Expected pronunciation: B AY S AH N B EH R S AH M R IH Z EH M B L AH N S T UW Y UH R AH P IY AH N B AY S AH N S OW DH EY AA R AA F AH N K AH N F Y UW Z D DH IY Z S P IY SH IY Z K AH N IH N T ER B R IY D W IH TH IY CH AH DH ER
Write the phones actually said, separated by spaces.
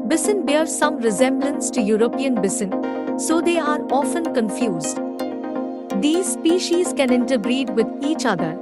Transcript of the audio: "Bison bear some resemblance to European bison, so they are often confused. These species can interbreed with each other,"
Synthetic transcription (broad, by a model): B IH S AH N B EH R S AH M R IH Z EH M B L AH N S T UW Y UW R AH P IY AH N B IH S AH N S OW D EY AA R AA F AH N K AH N F Y UW Z D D IY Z S P IY SH IY Z K AH N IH N T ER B R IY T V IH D IY CH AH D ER